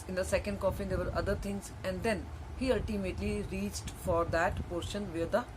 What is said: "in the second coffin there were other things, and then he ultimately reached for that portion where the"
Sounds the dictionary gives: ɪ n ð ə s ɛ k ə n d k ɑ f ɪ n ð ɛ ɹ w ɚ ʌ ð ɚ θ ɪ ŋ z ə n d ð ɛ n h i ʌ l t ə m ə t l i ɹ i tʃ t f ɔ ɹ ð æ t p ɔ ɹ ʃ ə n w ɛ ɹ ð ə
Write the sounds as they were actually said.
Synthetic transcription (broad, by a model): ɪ n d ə s ɛ k ə n d k ɑ f ɪ n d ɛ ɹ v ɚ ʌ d ɚ t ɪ ŋ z ə n d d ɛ n h i ʌ l t ə m ə t l i ɹ i tʃ t f ɔ ɹ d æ t p ɔ ɹ ʃ ə n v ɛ ɹ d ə